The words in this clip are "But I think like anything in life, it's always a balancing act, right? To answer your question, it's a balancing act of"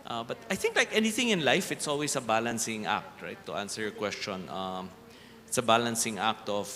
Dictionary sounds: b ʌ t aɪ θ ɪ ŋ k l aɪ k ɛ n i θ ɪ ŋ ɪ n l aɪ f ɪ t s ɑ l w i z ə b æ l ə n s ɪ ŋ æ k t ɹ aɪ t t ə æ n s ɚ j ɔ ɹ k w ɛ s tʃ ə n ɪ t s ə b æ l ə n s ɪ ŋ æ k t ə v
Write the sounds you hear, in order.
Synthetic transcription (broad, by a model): b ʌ t aɪ θ ɪ ŋ k l aɪ k ɛ n i θ ɪ ŋ ɪ n l aɪ f ɪ t s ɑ l w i s ə b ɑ l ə n s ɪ ŋ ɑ k t ɹ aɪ t t ə n s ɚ j ɔ ɹ k w ɛ s tʃ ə n ɪ t s ə b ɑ l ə n s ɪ ŋ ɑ k t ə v